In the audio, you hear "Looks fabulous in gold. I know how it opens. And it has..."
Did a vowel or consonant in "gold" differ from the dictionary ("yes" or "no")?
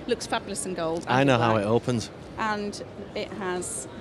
no